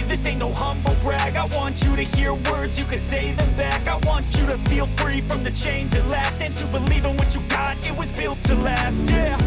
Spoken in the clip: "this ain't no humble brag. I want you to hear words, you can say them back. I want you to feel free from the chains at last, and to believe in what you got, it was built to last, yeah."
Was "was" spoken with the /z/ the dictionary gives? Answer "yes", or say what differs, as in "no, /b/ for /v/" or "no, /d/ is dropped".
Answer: yes